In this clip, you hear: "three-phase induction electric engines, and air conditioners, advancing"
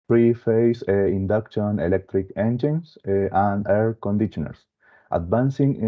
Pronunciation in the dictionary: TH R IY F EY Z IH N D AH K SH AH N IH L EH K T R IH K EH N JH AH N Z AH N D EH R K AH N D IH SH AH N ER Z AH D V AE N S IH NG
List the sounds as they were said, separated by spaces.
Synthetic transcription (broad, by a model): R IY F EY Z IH N D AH K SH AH N IH L EH K T R IH K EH N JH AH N S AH N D EH R K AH N D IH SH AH N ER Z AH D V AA N S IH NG